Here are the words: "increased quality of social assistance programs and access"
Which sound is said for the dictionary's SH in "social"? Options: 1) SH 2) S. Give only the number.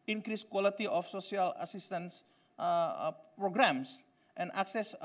2